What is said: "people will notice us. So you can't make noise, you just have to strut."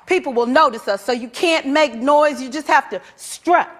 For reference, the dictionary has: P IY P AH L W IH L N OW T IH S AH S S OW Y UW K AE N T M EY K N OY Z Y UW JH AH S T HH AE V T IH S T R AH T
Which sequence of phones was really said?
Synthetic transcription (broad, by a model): P IY P L W IH L N OW T IH S AH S S OW Y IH K AE N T M EY K N OY Z Y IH JH AH S T HH AE F T IH S T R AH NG